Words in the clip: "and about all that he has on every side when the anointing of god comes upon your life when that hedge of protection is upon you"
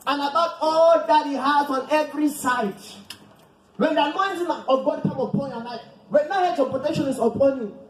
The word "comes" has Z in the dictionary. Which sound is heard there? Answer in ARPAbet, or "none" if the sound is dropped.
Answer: none